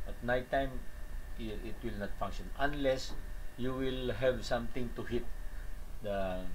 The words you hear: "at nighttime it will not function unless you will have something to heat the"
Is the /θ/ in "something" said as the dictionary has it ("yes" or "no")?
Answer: no